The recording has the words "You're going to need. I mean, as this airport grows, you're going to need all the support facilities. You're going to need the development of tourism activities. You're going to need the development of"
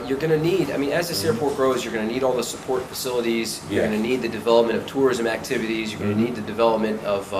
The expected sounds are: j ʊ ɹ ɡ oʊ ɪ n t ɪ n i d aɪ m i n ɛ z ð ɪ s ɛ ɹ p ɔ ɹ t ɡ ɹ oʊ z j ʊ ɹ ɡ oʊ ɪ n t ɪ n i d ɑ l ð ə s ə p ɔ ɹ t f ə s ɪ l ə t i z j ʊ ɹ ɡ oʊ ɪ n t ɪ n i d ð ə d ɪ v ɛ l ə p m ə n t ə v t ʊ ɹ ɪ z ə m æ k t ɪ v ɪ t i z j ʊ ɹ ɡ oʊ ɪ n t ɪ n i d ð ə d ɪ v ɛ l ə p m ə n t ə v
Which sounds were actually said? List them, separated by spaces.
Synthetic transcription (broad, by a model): j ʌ ɹ ɡ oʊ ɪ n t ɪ n i d aɪ m i n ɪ z ð ɪ s ɛ ɹ p ɔ ɹ t ɡ ɹ oʊ z j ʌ ɹ ɡ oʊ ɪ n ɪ n i d ɑ l ð ə s ə p ɔ ɹ t f ə s ɪ l ə t i z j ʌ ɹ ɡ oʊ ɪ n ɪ n i d ð ə d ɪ v ɛ l ə p m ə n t ə v t ʊ ɹ ɪ z ə m æ k t ɪ v ɪ t i z j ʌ ɹ ɡ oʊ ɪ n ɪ n i d ð ə d ɪ v ɛ l ə p m ə n t ə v